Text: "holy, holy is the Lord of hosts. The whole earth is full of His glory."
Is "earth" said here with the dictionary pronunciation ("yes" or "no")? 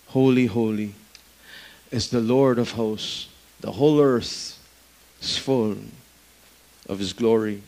yes